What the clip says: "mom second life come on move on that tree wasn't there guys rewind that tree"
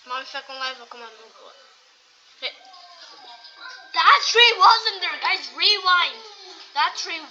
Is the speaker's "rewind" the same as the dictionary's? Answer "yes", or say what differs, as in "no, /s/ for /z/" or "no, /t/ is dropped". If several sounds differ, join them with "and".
yes